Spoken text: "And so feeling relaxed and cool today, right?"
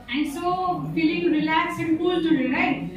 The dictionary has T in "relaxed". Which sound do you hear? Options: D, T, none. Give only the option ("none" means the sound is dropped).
none